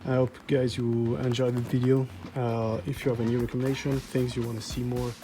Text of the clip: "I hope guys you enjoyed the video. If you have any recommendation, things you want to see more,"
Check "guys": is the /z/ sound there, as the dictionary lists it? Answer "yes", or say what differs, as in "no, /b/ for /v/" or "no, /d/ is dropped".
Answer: yes